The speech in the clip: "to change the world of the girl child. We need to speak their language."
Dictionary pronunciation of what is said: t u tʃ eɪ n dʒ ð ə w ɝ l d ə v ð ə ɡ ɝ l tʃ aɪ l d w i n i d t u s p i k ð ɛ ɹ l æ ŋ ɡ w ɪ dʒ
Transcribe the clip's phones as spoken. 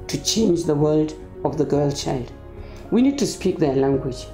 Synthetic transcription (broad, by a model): t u tʃ eɪ n dʒ ð ə w ɝ l d ə v ð ə ɡ ɝ l tʃ aɪ l d w i n i d t u s p i k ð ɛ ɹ l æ ŋ ɡ w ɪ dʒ